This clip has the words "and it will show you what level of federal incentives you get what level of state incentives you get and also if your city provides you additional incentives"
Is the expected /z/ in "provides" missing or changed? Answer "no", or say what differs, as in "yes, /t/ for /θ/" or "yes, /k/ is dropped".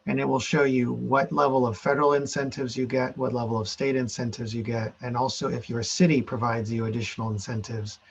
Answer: no